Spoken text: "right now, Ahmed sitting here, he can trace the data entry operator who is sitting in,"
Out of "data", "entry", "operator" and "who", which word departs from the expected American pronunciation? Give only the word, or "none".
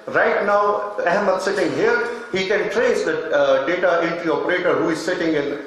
entry